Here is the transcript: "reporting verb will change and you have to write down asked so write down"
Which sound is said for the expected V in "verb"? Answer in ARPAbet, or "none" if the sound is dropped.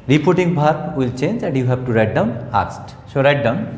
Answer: B